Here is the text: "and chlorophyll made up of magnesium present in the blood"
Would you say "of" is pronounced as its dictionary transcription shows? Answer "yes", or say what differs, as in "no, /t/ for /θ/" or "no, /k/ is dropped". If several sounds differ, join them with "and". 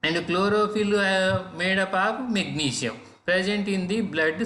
no, /p/ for /v/